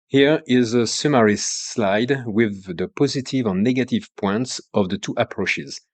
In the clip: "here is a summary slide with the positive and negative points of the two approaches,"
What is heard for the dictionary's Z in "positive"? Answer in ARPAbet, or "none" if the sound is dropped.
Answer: Z